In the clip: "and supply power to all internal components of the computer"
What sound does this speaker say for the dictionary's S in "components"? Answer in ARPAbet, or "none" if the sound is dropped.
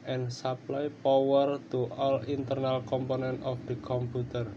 none